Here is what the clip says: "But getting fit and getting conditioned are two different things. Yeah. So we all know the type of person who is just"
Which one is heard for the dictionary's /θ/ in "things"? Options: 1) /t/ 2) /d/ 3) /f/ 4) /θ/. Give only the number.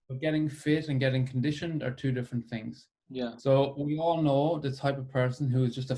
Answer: 4